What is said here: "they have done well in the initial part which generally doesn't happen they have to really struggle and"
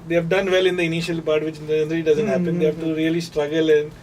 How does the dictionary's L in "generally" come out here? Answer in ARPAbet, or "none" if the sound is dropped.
none